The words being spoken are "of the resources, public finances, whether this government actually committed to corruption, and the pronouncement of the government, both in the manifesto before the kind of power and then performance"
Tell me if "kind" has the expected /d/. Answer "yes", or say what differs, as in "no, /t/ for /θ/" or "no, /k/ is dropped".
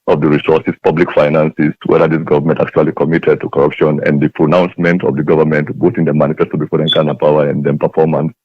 no, /d/ is dropped